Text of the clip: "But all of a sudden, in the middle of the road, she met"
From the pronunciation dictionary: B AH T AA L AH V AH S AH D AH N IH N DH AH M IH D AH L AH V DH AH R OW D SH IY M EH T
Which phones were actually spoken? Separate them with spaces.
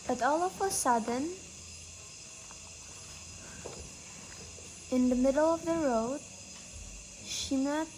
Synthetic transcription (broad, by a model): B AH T AA L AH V AH S AH D AH N IH N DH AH M IH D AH L AH V DH AH R OW D SH IY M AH